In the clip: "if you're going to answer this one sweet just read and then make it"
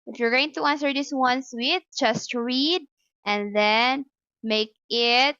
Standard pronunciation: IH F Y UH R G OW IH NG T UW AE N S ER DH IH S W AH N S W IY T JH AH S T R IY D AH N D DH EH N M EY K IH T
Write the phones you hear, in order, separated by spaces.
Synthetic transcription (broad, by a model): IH F Y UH R G OW IH NG T UW AE N S ER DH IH S W AH N S W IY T JH AH S T R IY D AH N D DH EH N M EY K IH T